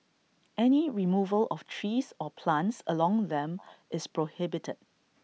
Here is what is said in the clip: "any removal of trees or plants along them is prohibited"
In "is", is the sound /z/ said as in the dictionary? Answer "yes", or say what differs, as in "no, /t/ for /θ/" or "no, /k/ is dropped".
no, /s/ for /z/